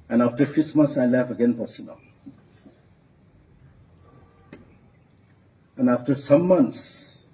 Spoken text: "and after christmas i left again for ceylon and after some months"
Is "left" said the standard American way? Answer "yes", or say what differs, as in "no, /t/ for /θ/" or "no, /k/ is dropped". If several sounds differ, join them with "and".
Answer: no, /t/ is dropped